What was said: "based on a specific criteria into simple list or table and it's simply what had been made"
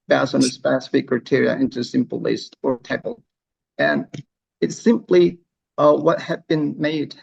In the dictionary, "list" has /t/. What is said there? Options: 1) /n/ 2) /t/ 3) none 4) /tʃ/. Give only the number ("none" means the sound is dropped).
2